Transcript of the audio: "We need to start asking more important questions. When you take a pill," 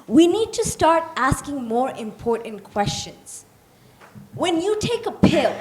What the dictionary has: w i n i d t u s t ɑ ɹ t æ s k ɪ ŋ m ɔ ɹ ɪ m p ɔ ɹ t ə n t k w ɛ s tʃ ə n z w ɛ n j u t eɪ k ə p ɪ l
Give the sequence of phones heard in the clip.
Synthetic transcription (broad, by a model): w i n i d t u s t ɑ ɹ t æ s k ɪ ŋ m ɔ ɹ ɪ m p ɔ ɹ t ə n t k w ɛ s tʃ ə n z w ɛ n j u t eɪ k ə p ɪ l